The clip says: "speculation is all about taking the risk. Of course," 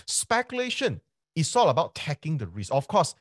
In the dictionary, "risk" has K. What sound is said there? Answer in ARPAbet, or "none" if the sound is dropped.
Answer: none